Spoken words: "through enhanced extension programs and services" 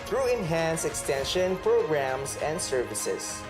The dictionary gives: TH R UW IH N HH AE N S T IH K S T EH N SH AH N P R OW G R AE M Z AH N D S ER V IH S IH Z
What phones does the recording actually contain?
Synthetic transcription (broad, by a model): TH R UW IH N HH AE N S IH K S T EH N SH AH N P R OW G R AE M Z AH N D S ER V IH S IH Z